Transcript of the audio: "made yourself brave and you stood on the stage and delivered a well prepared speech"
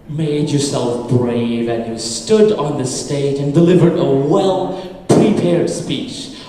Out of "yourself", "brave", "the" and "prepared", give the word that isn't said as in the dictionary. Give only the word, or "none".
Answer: none